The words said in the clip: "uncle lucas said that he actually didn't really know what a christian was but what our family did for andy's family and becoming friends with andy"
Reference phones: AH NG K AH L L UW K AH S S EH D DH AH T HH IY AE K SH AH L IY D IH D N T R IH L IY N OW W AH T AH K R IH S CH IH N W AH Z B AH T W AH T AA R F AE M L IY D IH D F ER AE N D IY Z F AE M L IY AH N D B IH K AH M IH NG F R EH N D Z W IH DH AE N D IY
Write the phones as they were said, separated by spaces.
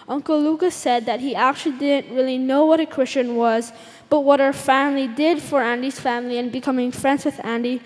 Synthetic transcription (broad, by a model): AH NG K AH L L UW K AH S S EH D DH AH T HH IY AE K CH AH L IY D IH D N T R IH L IY N OW W AH T AH K R IH S CH IH N W AH Z B AH T W AH T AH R F AE M L IY D IH D F ER AE N D IY Z F AE M L IY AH N B IH K AH M IH NG F R EH N D Z W IH DH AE N D IY